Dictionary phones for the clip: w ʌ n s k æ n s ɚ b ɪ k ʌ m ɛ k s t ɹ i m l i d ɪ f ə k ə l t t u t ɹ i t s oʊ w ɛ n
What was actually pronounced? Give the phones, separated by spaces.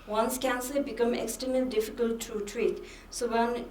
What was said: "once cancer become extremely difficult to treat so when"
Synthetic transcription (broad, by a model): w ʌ n s k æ n s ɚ b ɪ k ʌ m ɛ k s t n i l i d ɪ f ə k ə l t t u t ɹ i t s oʊ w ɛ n